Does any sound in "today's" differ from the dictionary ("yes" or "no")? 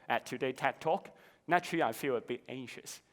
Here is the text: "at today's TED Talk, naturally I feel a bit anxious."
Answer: yes